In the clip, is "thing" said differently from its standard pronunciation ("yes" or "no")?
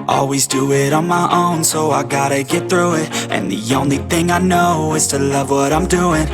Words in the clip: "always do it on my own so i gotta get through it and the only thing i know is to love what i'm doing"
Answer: no